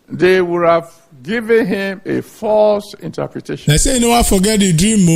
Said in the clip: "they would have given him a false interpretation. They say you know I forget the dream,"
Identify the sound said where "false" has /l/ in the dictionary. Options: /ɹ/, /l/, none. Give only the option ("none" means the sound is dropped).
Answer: /l/